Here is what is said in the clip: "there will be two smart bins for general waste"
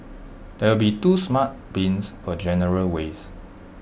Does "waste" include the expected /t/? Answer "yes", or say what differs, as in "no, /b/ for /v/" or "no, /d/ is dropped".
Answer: no, /t/ is dropped